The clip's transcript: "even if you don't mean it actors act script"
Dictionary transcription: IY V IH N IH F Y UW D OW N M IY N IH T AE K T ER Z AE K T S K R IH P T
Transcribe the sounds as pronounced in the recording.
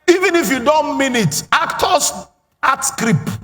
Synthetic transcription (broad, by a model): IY V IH N IH F Y UW D OW N M IY N IH T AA K T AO S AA T S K R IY P